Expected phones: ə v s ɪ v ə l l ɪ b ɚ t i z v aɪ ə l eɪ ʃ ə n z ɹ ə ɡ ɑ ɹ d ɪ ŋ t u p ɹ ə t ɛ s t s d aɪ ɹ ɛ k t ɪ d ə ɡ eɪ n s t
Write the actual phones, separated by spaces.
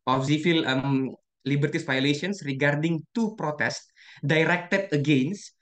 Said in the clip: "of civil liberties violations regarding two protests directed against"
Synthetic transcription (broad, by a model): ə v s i f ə l l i b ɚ t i s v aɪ l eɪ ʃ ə n s ɹ ə ɡ ɑ ɹ d ɪ ŋ t u p ɹ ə t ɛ s t d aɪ ɹ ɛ k t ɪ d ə ɡ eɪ n s